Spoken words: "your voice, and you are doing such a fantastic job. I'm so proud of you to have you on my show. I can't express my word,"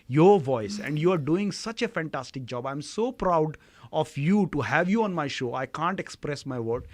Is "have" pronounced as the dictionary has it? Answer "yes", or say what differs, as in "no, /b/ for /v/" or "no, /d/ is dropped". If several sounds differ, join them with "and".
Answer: yes